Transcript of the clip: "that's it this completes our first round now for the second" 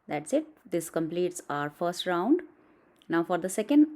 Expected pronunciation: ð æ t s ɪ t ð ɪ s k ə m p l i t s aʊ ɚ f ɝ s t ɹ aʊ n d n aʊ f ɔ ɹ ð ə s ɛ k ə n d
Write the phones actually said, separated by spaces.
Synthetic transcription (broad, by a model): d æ t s ɪ t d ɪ s k ə m p l i t s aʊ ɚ f ɝ s t ɹ aʊ n d n aʊ f ɔ ɹ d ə s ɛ k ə n d